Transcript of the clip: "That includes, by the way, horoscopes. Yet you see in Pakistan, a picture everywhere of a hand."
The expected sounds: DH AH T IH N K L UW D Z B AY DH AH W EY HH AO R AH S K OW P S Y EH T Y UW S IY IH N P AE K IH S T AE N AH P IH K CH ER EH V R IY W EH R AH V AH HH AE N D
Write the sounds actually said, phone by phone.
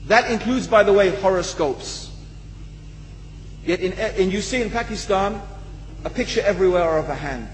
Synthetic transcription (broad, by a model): DH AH T IH N K L UW D Z B AY DH AH W EY HH AO R AH S K OW P S Y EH T Y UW S IY IH N P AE K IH S T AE N AH P IH K CH ER EH V R IY W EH R AH V AH HH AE N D